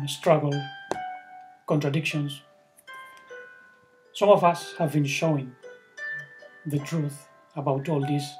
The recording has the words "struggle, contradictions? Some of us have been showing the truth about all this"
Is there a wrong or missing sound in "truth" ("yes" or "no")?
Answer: no